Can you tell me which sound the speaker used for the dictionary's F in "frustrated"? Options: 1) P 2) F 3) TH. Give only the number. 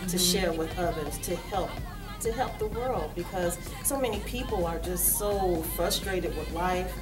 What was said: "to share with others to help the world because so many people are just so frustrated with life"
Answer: 2